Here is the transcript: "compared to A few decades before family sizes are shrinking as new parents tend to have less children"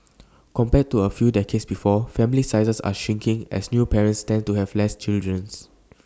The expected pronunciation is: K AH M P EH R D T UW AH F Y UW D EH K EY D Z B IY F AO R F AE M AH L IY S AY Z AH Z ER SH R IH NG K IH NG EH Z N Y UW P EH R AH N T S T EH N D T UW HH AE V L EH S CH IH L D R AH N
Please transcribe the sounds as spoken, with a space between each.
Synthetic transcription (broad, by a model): K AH M P EH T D T UW AH F Y UW D EH K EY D S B IY F AO F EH M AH L IY S AY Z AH S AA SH IH NG K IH NG EH S N Y UW P EH R AH N T S T EH N T UW HH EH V L EH S CH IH L D R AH N